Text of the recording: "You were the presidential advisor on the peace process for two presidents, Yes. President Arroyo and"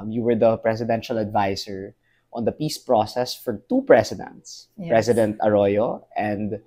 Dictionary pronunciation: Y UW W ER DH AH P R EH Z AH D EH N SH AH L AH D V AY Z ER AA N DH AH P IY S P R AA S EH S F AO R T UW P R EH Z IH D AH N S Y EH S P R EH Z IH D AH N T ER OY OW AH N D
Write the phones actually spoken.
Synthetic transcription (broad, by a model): Y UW W ER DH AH P R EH S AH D EH N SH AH L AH D V AY S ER AA N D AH P IY S P R AA S EH S F AO R T UW P R EH S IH D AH N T S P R EH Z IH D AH N T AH OY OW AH N D